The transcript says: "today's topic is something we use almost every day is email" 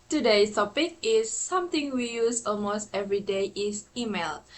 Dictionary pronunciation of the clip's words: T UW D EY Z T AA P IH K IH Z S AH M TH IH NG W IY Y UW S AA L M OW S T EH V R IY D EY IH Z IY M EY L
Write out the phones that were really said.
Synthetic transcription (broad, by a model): T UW D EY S T AA P IH K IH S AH M T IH NG W IY Y UW S AA L M OW S T EH V R IY D EY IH S IY M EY L